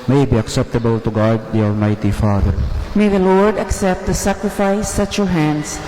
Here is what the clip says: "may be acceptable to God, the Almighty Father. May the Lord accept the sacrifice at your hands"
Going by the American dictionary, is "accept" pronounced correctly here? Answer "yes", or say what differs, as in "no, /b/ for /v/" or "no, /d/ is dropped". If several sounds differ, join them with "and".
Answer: yes